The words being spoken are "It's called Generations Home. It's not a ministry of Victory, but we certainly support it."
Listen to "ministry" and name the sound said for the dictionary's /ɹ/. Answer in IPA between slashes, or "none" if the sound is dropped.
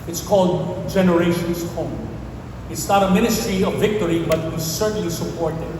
/ɹ/